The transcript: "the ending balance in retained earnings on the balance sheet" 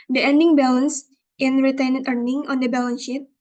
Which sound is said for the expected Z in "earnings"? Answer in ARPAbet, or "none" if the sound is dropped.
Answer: none